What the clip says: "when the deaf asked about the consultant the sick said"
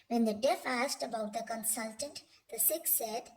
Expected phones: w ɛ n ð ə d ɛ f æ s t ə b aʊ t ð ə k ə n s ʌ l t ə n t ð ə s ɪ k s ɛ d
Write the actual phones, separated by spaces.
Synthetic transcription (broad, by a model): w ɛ n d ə d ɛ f æ s t ə b aʊ t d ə k ə n s ʌ l t ə n t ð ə s ɪ k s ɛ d